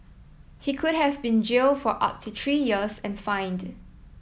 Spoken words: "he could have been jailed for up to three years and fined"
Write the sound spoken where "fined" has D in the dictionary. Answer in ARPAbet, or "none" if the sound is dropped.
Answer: D